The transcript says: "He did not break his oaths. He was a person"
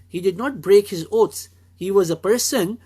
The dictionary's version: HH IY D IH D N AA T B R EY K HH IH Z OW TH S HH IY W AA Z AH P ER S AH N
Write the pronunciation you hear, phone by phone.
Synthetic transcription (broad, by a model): HH IY D IH D N AA T B R EY K HH IH Z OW T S HH IY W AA Z AH P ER S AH N